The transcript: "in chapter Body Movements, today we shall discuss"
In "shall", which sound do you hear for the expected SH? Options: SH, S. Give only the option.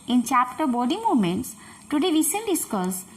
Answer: S